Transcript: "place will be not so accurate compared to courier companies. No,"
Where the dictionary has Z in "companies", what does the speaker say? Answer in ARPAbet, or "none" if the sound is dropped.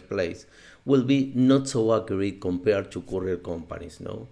S